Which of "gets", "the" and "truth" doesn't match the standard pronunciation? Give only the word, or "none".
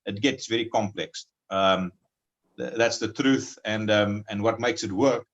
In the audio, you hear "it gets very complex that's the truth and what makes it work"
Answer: none